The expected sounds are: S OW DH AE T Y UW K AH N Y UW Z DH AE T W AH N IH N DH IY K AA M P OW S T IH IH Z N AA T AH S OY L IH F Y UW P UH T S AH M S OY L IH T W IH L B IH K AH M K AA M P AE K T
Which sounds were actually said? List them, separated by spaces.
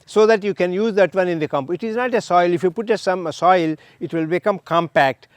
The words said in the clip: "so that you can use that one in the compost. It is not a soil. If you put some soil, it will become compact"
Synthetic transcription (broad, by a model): S OW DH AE T Y UW K AH N Y UW Z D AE T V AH N IH N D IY K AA M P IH T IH IH Z N AA T AH S OY L IH F Y UW P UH T S AH M S OY L IH T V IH L B IH K AH M K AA M P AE K T